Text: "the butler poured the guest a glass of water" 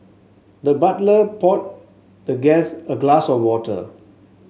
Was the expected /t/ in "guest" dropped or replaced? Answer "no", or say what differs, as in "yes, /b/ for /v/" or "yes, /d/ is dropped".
yes, /t/ is dropped